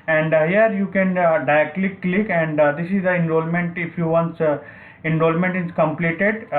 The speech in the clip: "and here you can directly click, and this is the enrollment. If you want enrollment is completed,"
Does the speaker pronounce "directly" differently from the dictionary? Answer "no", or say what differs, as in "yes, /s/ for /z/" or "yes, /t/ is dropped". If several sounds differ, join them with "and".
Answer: yes, /ɹ/ is dropped